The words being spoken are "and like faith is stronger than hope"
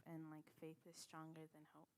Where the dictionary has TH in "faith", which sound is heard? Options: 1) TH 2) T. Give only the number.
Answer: 1